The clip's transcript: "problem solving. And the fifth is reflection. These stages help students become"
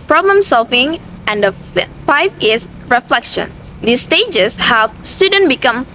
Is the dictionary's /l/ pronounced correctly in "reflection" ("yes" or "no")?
yes